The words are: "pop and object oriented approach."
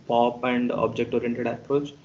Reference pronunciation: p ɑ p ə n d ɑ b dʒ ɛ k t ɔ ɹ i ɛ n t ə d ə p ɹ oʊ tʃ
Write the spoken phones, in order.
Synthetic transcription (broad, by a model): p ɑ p ə n d ɑ b dʒ ɛ k t ɔ ɹ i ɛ n t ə d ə p ɹ oʊ tʃ